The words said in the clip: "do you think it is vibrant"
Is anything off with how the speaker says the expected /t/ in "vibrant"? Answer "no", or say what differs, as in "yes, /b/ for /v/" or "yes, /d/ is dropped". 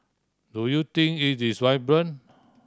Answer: yes, /t/ is dropped